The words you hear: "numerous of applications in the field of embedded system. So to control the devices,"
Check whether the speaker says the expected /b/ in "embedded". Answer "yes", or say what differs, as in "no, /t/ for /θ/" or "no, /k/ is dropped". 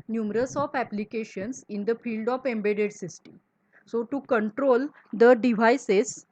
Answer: yes